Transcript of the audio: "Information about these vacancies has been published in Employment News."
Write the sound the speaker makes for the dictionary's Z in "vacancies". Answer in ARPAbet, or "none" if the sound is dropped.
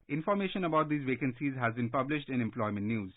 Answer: Z